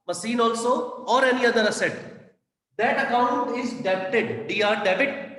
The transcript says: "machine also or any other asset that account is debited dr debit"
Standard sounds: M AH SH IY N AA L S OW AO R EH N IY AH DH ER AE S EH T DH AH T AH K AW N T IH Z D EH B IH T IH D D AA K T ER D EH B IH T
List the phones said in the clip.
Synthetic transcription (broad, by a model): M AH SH IY N AA L S OW AO R EH N IY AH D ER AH S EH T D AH T AH K AW N T IH Z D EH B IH T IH D D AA T D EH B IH T